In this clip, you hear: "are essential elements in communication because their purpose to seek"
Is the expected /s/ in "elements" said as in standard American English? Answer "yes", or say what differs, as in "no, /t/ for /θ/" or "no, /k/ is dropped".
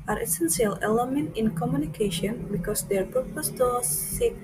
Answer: no, /s/ is dropped